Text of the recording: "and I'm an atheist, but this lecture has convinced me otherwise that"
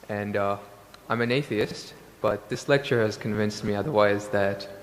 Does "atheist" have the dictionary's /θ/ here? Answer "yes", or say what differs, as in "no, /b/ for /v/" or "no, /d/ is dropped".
yes